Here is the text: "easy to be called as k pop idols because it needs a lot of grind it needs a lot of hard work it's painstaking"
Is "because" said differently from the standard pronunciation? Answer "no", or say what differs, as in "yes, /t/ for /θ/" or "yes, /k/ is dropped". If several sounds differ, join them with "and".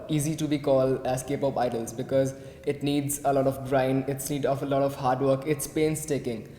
no